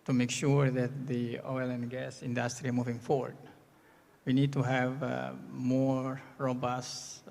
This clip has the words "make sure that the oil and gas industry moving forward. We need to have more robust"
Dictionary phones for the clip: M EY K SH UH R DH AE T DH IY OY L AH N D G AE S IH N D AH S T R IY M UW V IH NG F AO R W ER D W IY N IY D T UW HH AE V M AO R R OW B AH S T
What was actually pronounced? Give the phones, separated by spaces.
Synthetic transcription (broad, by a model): M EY K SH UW R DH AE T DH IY OY L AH N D G AE S IH N D AH S T R IY M UW V IH NG F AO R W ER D W IY N IY D T UW HH AE V M AO R R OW B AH S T